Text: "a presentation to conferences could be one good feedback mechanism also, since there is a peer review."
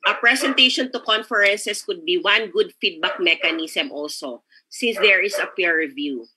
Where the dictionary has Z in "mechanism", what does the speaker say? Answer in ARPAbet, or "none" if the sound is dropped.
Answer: S